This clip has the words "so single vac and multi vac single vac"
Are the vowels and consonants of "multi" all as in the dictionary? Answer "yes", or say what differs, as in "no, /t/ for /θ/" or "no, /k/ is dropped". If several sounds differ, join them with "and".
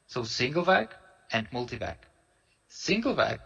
yes